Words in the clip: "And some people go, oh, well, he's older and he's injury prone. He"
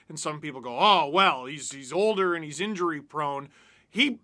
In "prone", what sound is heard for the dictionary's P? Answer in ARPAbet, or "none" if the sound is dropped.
P